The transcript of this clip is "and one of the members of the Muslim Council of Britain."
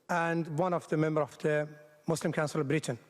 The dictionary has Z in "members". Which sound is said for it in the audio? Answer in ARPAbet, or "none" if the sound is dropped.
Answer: none